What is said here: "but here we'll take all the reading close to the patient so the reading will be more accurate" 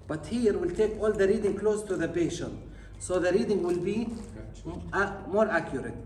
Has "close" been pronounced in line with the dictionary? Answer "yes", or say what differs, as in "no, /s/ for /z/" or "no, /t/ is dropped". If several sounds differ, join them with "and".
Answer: yes